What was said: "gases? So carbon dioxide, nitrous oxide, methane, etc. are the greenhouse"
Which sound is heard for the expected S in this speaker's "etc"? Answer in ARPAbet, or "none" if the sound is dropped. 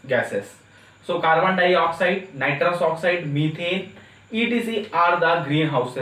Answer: none